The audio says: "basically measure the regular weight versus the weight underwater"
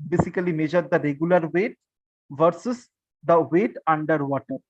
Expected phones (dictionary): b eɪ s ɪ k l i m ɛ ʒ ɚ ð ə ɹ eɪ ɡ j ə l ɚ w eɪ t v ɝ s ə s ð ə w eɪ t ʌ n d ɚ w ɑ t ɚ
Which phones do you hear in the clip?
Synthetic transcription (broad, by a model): b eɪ s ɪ k l i m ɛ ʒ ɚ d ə ɹ eɪ ɡ j ə l ɚ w eɪ t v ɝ s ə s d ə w eɪ t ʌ n d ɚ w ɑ t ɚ